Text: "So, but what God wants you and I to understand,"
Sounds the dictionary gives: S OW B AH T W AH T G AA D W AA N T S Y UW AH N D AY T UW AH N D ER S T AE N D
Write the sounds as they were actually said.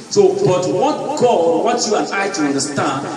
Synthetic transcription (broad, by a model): S OW B AH T W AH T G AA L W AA T Y UW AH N AY T UW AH N D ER S T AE N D